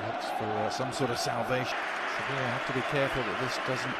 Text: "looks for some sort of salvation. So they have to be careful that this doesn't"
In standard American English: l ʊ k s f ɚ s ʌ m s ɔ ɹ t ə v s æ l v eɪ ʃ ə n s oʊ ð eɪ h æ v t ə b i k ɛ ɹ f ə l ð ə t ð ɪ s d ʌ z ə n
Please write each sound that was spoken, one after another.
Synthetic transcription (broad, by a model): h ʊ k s f ɚ s ʌ m s ɔ ɹ t ə v s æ l v eɪ ə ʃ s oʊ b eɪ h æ f t ə b i k ɛ ɹ f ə l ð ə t ð ɪ s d ʌ z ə n